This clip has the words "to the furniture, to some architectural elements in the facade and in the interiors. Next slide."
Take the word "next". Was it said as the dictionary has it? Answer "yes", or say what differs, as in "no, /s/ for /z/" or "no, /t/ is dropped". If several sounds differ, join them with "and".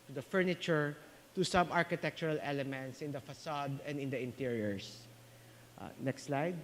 yes